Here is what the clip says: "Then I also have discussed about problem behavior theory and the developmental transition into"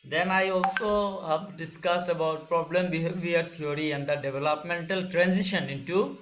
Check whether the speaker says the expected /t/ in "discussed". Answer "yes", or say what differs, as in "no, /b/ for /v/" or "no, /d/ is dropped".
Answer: yes